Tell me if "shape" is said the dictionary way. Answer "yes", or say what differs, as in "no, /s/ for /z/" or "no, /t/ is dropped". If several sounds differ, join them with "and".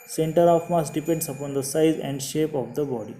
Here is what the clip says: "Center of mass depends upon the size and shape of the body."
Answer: yes